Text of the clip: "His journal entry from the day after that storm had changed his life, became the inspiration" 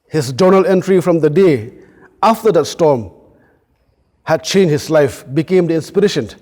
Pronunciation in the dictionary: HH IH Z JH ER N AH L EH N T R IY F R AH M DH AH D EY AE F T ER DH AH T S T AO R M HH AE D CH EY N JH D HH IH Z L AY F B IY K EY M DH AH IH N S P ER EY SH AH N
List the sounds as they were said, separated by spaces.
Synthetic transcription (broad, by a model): HH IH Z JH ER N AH L EH N T R IY F R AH M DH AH D EY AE F T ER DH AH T S T AO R M HH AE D CH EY N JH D HH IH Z L AY F B IY K EY M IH N S P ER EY SH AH N